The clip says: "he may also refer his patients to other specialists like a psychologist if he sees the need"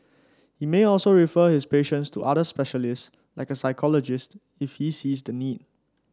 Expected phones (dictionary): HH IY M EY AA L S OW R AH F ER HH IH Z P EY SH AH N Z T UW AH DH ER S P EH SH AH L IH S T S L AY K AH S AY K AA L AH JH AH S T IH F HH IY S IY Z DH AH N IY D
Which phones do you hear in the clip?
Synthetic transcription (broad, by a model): HH IY M EY AA L S OW R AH F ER HH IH S P EY SH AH N S T UW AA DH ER S P EH SH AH L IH S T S L AY K AH S AY K AA L AH JH AH S T IH F HH IY S IY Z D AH N IY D